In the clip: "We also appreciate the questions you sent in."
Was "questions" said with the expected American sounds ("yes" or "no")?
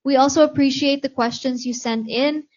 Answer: yes